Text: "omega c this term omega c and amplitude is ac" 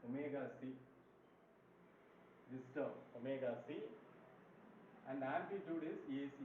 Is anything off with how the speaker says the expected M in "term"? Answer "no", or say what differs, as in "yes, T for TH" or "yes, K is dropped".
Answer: yes, M is dropped